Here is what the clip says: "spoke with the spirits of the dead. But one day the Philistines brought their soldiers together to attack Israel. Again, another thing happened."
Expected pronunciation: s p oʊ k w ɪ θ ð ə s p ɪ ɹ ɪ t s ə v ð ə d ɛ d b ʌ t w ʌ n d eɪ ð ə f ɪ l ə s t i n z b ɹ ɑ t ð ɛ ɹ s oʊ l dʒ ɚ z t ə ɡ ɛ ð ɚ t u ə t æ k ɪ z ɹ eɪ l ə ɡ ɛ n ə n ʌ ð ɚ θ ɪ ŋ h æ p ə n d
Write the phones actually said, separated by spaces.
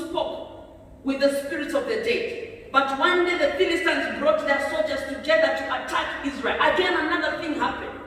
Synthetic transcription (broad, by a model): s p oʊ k w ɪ ð ə s p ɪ ɹ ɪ t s ə v ð ə d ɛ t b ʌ t w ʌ n d eɪ ð ə f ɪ l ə s t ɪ n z b ɹ ɑ t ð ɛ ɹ s oʊ l dʒ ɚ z t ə ɡ ɛ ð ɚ t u ə t æ k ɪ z ɹ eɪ l ə ɡ ɛ n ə n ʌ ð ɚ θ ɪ ŋ h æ p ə n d